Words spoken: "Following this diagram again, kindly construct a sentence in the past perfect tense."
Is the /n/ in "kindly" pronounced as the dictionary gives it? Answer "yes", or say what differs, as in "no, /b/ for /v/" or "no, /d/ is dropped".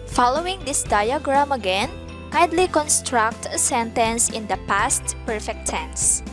no, /n/ is dropped